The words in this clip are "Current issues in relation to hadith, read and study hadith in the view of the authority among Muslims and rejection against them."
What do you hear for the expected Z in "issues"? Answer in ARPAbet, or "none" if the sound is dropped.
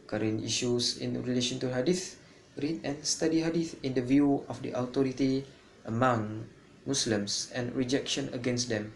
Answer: S